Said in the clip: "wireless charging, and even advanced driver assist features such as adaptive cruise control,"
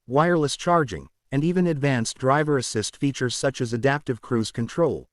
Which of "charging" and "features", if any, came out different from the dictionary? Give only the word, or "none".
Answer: none